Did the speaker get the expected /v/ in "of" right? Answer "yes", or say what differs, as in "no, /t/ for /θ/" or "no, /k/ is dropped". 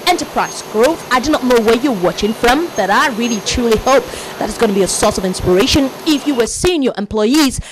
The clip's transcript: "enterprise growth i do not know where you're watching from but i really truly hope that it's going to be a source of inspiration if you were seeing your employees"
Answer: yes